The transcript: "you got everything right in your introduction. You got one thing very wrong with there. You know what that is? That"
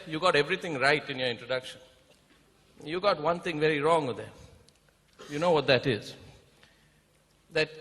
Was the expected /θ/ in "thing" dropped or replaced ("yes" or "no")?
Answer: yes